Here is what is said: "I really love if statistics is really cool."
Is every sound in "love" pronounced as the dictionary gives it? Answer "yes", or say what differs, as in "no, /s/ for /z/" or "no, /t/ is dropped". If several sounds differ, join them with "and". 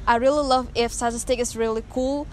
yes